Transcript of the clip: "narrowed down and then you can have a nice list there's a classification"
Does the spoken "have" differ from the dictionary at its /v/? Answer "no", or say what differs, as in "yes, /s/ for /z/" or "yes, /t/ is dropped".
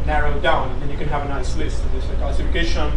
no